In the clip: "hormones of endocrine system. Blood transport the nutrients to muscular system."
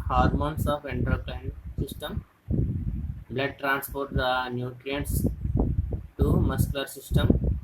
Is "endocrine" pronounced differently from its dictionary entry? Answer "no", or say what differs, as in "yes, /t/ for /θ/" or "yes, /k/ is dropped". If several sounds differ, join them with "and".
yes, /l/ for /ɹ/